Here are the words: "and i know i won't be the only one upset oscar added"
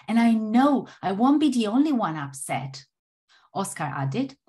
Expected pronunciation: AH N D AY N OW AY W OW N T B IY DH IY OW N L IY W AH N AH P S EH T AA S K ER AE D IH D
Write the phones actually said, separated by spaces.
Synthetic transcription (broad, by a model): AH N AY N OW AY W OW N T B IY DH IY OW N L IY W AH N AH P S EH T AA S K ER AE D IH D